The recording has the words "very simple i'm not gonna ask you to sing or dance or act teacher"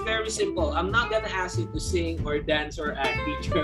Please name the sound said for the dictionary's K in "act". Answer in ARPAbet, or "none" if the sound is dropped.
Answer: none